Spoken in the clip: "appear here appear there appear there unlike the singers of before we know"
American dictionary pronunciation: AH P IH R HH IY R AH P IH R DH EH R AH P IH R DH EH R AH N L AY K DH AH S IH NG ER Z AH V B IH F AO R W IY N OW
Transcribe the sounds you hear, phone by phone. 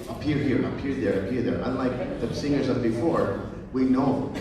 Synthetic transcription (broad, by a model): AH P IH R HH IY R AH P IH R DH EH R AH P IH R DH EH R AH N L AY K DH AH S IH NG ER Z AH B IH F AO R W IY N OW